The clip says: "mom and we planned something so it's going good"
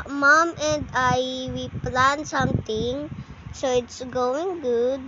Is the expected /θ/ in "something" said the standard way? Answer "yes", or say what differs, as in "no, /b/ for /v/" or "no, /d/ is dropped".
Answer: no, /t/ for /θ/